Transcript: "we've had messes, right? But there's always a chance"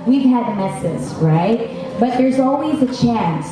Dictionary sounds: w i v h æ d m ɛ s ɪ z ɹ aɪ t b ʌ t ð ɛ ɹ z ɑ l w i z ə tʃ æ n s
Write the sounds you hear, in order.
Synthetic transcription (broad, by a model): w i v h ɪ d m ɛ s ɪ z ɹ aɪ t b ʌ t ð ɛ ɹ z ɑ l w i z ə tʃ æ n s